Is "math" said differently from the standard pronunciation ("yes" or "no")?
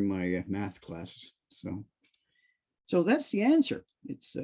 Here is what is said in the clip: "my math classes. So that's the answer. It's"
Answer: no